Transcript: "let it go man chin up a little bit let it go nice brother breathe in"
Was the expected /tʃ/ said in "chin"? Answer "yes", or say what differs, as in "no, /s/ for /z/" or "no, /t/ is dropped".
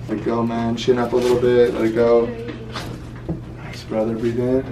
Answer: no, /ʃ/ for /tʃ/